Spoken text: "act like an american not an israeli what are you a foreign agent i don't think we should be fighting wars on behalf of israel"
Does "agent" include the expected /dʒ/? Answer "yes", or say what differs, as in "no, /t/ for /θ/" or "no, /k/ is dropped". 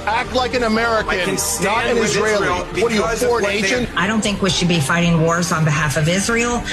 no, /ʃ/ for /dʒ/